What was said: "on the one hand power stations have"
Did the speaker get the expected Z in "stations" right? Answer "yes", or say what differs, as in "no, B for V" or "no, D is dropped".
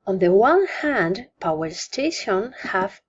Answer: no, Z is dropped